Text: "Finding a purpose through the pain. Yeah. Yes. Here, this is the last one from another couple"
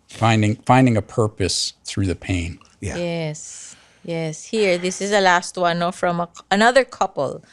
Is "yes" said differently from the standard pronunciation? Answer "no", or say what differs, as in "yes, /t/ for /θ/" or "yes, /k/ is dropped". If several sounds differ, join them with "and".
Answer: no